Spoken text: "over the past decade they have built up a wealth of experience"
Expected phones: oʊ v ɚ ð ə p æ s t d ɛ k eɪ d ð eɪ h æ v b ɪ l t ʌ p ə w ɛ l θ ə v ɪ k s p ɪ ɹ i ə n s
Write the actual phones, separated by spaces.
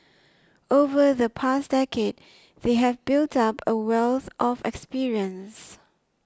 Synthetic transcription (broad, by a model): oʊ v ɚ ð ə p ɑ s d ɛ k eɪ d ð eɪ h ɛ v b ɪ l t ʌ p ə w ɛ l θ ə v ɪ k s p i ɹ i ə n s